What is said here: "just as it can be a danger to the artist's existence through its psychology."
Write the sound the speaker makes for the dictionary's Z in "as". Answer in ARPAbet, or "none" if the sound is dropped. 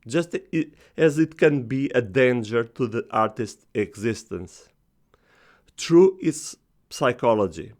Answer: Z